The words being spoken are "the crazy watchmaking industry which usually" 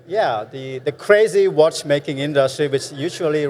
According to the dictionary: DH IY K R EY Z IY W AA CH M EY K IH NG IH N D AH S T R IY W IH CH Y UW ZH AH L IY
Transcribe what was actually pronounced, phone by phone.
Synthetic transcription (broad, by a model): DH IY K R EY Z IY W AA CH M EY K IH NG IH N D AH S T R IY W IH CH Y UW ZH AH L IY